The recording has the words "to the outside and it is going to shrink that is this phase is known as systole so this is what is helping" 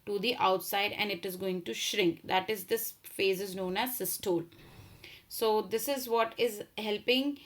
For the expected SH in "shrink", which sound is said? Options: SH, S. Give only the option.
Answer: SH